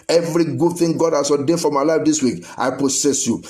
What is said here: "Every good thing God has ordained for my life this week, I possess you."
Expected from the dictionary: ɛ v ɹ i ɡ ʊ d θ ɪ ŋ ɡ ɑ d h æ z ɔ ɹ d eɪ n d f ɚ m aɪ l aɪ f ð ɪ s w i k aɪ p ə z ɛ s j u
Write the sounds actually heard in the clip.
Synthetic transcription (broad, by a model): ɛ v ɹ i ɡ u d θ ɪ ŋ ɡ ɑ d h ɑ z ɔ d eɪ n f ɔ m aɪ l aɪ f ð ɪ s w i k aɪ p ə s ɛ s j u